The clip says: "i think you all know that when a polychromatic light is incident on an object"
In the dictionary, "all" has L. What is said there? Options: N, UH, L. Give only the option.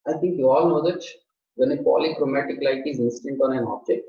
L